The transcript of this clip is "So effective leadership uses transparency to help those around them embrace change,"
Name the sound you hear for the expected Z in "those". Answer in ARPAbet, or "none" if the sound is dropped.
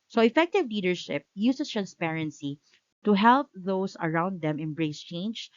S